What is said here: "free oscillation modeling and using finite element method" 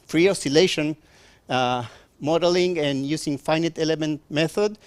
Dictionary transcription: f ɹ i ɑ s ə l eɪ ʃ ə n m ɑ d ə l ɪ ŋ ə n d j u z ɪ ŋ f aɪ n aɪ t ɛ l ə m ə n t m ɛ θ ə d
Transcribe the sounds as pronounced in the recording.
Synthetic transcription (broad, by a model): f ɹ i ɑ s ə l eɪ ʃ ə n m ɑ d ə l ɪ ŋ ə n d j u s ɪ ŋ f aɪ n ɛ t ɛ l ə m ə n t m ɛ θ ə d